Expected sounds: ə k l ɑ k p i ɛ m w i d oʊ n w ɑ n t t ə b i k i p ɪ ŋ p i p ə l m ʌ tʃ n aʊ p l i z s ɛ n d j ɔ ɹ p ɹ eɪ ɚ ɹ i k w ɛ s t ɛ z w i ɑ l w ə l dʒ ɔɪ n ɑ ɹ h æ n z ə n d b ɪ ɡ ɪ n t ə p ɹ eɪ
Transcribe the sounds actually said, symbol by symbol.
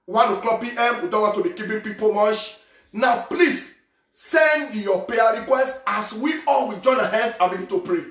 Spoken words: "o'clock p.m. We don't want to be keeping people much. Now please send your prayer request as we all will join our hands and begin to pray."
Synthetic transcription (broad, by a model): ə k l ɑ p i ɛ m w i d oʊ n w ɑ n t t ə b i k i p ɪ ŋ p i p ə m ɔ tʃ n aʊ p l i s s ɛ n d j ɔ p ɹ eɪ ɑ ɹ i k w ɛ s t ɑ s w i ɑ l w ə dʒ ɔɪ n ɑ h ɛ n s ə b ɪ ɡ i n t ə p ɹ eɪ